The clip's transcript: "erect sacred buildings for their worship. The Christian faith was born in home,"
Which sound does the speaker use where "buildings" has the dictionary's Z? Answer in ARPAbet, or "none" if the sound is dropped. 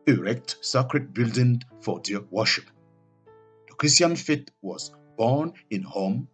none